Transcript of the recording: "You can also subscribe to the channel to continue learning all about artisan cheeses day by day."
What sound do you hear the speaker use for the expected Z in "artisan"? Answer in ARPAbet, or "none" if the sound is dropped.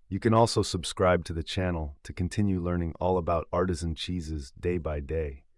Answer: Z